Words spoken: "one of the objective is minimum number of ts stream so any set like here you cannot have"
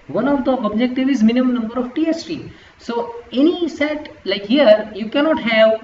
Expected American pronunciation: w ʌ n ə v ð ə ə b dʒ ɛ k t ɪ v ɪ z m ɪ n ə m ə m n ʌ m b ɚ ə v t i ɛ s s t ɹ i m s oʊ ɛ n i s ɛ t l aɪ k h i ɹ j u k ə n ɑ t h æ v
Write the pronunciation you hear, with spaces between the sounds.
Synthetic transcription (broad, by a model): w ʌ n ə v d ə ə b dʒ ɛ k t ɪ v ɪ z m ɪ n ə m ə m n ʌ m b ɚ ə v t i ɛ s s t i s oʊ ɛ n i s ɛ t l aɪ k h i ɹ j u k ə n ɑ t h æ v